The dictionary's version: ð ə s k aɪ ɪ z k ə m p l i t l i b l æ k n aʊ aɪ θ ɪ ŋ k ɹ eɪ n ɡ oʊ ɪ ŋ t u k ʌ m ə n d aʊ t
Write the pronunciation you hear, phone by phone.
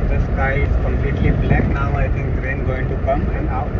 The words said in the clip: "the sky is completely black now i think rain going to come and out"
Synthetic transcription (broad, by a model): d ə s k aɪ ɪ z k ə m p l i t l i b l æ k n aʊ aɪ t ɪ ŋ k ɹ eɪ n ɡ oʊ ɪ ŋ t u k ʌ m ə n d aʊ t